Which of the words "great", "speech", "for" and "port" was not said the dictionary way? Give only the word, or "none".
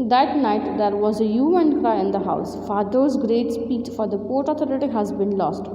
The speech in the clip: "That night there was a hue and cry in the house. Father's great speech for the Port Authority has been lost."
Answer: speech